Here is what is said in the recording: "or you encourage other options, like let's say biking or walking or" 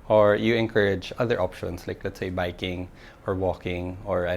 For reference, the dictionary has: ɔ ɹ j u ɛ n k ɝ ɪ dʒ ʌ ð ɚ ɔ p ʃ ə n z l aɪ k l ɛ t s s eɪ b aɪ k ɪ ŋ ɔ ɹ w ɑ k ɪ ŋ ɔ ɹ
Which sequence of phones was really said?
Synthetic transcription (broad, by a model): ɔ ɹ j u ɛ n k ɝ ɪ dʒ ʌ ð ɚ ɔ p ʃ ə n s l aɪ k l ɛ t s s eɪ b aɪ k ɪ ŋ ɔ ɹ w ɑ k ɪ ŋ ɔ ɹ